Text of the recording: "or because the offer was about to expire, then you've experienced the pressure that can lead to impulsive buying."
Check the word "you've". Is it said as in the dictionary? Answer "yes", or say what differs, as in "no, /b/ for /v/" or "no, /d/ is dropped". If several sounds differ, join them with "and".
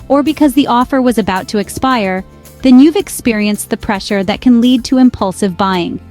yes